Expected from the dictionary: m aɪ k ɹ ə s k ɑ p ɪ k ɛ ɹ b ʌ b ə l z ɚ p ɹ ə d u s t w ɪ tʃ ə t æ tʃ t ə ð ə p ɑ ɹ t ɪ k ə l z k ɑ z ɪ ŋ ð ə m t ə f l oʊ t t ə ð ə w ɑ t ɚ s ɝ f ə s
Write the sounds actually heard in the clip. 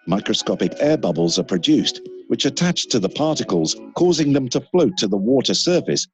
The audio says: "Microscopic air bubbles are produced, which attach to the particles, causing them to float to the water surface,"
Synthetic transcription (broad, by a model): m aɪ k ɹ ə s k ɑ p ɪ k ɛ b ʌ b ə l z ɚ p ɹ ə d u s t w ɪ tʃ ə t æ tʃ t ə ð ə p ɑ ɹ t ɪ k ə l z k ɑ z ɪ ŋ ð ə m t ə f l oʊ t t ə ð ə w ɑ t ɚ s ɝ f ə s